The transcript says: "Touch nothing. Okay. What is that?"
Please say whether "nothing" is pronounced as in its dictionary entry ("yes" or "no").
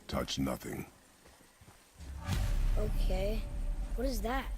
yes